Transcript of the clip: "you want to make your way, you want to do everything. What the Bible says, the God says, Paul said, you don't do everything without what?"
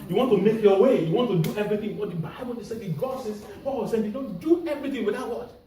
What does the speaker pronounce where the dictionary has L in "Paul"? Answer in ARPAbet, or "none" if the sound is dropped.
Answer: W